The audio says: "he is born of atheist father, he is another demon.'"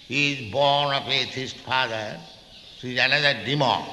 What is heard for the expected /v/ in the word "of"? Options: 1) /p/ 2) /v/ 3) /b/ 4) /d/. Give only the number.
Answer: 1